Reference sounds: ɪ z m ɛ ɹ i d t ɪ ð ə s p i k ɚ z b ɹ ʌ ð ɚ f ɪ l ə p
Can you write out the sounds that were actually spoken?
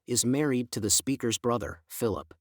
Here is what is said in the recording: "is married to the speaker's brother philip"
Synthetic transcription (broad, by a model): ɪ z m ɛ ɹ i d t ɪ ð ə s p i k ɚ z b ɹ ʌ ð ɚ f ɪ l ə p